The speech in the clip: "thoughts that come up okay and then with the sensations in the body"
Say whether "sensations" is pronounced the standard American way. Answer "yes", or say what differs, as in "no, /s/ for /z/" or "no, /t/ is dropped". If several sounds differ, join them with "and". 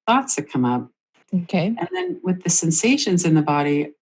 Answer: yes